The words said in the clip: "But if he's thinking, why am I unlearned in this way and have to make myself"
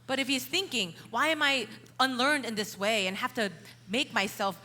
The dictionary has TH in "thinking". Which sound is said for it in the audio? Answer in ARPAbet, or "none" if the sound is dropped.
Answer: TH